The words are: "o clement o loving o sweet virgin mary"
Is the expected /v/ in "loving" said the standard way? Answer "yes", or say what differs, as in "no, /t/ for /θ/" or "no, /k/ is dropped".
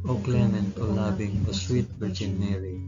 no, /b/ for /v/